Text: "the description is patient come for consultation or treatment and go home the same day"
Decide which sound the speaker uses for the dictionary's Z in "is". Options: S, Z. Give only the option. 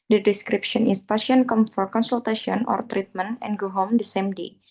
S